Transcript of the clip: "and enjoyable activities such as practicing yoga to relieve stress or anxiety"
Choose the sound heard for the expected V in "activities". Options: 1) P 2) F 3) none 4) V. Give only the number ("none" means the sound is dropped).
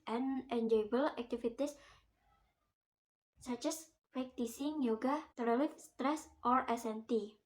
2